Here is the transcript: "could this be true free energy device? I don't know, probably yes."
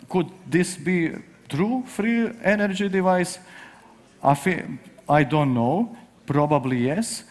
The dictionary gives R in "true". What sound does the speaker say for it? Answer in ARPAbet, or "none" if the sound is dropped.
R